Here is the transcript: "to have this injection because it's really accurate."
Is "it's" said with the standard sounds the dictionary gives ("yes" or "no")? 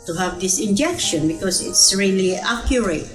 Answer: yes